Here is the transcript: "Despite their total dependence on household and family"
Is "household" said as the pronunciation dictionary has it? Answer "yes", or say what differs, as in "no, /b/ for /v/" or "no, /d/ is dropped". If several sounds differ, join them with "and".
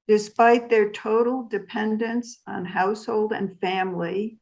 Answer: yes